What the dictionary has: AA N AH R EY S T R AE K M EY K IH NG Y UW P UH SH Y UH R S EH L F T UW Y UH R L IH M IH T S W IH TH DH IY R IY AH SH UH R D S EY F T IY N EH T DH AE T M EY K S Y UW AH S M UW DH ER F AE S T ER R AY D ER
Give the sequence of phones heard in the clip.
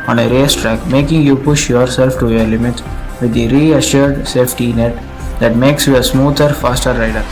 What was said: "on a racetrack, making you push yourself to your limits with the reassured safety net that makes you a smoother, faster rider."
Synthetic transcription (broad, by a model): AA N AH R EY S T R AE K M EY K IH NG Y UW P UH SH Y UH R S EH L F T UW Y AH R L IH M IH T S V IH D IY R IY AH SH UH R D S EY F T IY N EH T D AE T M EY K S Y UW AH S M UW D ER F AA S T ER R AY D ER